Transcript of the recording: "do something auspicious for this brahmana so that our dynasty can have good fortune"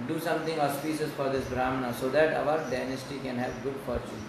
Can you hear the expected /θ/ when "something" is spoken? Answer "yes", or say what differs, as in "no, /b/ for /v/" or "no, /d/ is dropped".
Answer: no, /t/ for /θ/